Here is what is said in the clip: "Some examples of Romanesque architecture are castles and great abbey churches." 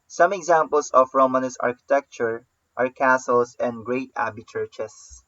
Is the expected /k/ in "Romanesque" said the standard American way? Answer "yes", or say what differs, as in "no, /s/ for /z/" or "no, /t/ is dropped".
no, /k/ is dropped